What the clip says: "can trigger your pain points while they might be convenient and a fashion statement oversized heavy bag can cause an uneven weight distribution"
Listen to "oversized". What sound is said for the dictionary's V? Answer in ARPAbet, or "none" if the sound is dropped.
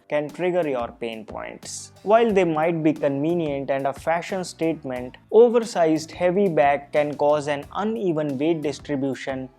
V